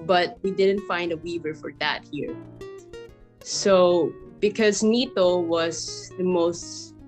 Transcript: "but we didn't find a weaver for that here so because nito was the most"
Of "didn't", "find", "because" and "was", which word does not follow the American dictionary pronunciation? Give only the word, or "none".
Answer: none